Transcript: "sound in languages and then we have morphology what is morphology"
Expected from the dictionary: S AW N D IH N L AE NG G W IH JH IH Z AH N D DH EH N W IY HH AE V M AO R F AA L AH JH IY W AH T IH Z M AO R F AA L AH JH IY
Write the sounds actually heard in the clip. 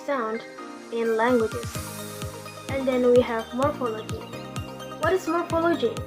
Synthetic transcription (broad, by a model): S AW N D IH N L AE NG G W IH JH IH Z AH N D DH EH N W IY HH AE V M AO R F AA L AH JH IY W AH T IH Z M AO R F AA L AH JH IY